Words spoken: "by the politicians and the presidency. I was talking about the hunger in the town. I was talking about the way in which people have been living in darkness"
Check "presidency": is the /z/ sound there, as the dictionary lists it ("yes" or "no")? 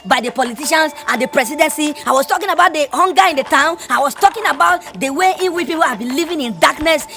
no